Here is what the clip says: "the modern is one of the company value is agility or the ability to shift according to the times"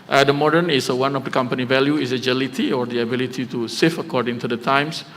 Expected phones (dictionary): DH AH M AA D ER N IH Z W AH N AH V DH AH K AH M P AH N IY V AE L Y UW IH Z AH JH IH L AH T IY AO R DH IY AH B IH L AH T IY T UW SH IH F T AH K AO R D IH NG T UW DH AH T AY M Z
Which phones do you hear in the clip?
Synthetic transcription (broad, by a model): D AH M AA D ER N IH S W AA N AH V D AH K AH M P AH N IY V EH L Y UW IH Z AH JH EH L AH T IY AO R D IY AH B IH L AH T IY T UW S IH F AH K AO R D IH NG T UW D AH T AY M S